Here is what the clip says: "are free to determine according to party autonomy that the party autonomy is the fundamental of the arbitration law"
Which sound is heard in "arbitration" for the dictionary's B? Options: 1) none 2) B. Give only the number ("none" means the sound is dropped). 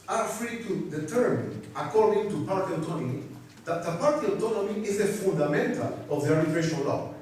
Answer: 1